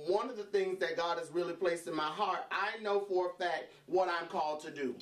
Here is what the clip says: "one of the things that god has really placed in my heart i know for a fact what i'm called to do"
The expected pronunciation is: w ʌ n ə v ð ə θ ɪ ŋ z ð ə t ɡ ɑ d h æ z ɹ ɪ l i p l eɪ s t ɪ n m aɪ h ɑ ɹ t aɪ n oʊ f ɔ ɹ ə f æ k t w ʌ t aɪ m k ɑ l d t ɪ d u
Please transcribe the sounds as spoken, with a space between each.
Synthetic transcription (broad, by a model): w ʌ n ə v ð ə θ ɪ ŋ z ð ə t ɡ ɑ d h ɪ z ɹ ɪ l i p l eɪ s t ɪ n m aɪ h ɑ ɹ t aɪ n oʊ f ɔ ɹ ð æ t w ʌ t aɪ m k ɑ l d t ɪ d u